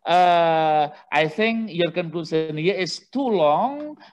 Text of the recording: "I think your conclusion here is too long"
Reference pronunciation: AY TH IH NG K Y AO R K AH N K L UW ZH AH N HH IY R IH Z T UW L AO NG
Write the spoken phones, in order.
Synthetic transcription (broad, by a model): AY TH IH NG K Y AO R K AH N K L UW S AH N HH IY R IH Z T UW L AO NG